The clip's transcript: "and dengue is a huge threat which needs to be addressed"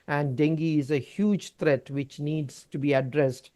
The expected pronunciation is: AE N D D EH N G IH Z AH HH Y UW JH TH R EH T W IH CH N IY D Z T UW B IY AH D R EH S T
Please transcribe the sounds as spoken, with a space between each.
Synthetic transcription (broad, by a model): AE N D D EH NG G IH Z AH HH Y UW JH T R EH T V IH CH N IY D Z T UW B IY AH D R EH S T